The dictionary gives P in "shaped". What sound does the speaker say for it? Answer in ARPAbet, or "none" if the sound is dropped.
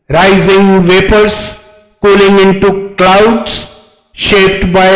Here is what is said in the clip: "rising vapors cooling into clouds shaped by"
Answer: P